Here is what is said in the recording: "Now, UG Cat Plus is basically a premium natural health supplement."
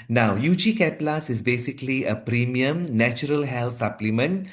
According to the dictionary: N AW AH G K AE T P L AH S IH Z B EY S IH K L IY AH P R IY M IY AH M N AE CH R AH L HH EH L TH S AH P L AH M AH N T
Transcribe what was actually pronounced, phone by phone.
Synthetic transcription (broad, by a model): N AW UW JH K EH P L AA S IH Z B EY S IH K L IY AH P R IY M IY AH M N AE CH R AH L HH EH L T S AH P L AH M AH N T